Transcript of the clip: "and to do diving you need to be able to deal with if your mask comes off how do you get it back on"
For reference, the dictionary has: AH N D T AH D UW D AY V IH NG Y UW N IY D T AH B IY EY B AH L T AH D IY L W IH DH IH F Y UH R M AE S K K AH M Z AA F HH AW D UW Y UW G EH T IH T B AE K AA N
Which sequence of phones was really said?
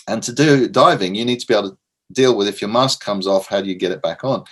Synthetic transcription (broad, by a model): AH N T AH D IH D AY V IH NG Y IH N IY D T AH B IY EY AH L T AH D IY L W IH DH IH F Y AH R M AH S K K AH M Z AA F HH AW D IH Y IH G EH T IH T B AE K N